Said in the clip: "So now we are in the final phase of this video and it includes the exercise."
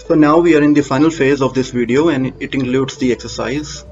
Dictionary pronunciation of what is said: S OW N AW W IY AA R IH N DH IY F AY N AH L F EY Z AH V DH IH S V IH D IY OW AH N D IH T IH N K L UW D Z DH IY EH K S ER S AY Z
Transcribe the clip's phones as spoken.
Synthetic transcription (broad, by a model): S OW N AW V IY AA R IH N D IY F AY N AH L F EY Z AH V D IH S V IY D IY OW AH N D IH T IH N K L UW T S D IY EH K S ER S AY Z